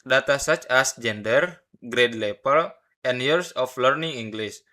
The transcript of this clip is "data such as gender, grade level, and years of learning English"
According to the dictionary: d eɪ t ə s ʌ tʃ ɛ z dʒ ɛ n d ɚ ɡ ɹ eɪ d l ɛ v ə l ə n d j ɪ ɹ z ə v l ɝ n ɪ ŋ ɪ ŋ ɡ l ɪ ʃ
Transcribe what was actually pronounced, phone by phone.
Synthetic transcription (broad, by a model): d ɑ t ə s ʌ tʃ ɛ s dʒ ɛ n d ɚ ɡ ɹ eɪ d l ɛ p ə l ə n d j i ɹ s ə f l ɝ n ɪ ŋ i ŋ ɡ l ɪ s